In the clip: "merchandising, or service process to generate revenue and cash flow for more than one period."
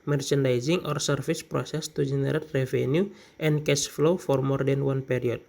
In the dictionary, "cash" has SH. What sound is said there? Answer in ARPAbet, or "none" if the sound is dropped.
S